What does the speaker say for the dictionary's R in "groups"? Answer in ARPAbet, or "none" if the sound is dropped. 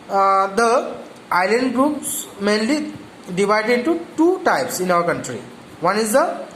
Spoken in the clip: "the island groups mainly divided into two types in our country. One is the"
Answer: R